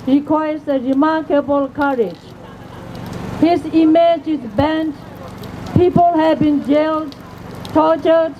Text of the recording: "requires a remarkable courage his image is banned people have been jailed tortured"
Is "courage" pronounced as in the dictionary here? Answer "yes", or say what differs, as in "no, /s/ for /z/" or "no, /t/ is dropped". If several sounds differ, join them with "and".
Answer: yes